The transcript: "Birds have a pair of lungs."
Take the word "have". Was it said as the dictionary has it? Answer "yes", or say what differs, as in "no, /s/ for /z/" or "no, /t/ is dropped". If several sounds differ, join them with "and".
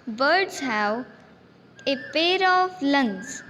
no, /w/ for /v/